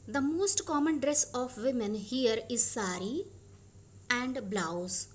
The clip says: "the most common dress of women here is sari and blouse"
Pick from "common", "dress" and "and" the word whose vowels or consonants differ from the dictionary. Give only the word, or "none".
none